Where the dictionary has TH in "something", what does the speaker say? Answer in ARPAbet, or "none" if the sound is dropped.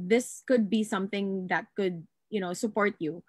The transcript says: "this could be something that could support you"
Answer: TH